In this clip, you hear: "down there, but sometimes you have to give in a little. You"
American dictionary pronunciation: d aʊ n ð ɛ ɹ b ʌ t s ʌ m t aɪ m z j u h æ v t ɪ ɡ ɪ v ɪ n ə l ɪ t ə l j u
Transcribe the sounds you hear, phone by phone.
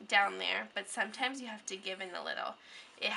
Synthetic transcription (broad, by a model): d aʊ n ð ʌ ɹ b ʌ t s ʌ m t aɪ m z j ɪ h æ f t ɪ ɡ ɪ v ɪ n ə l ɪ t l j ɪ